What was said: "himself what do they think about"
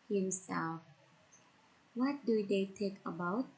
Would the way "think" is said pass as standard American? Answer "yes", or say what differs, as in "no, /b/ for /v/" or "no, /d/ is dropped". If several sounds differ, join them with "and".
no, /t/ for /θ/ and /ŋ/ is dropped